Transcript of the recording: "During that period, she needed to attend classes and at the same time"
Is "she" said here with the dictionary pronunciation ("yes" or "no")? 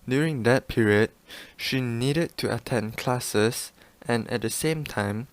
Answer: yes